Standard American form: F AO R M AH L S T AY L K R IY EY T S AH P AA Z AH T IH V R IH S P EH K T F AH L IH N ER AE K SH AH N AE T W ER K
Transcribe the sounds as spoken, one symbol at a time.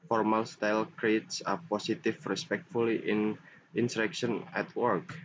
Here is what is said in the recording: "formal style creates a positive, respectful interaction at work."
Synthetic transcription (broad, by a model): F AO R M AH L S T AY L K R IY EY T S AH P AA S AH T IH F R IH S P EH K T F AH L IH N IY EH K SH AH N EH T W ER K